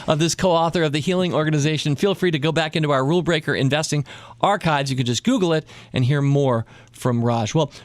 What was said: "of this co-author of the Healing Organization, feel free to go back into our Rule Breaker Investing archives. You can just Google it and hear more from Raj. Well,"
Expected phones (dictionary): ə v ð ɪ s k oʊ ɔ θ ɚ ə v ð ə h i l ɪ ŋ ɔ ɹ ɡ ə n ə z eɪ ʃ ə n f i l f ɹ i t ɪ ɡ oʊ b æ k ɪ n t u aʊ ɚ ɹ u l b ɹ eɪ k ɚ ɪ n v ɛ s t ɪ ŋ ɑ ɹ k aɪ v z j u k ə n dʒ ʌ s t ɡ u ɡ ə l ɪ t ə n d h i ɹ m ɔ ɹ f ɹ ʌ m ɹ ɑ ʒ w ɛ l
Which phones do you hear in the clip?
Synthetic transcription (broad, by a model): ə v ð ɪ s k oʊ ɔ θ ɚ ə v ð ə h i l ɪ ŋ ɔ ɹ ɡ ə n ə z eɪ ʃ ə n f i l f ɹ i t ɪ ɡ oʊ b æ k ɪ n t u aʊ ɚ ɹ u l b ɹ eɪ k ɚ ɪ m v ɛ s t ɪ ŋ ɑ ɹ k aɪ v z j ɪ k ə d dʒ ʌ s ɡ u ɡ l ɪ t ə n h i ɹ m ɔ ɹ f ɹ ʌ m ɹ ɑ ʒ w ɛ l